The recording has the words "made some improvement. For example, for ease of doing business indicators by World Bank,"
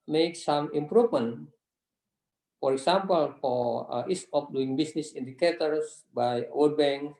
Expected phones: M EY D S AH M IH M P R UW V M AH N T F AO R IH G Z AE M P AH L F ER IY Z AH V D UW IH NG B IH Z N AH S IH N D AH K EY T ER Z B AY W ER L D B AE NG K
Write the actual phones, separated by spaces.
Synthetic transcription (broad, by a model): M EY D S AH M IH M P R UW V M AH N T F AO R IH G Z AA M P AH L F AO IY S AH P D UW IH NG B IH S N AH S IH N D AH K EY T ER S B AY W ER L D B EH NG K